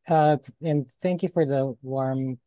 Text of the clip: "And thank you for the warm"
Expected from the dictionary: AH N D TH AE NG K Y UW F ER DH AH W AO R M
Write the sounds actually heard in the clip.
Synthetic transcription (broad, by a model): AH N TH AE NG K Y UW F ER DH AH W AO R M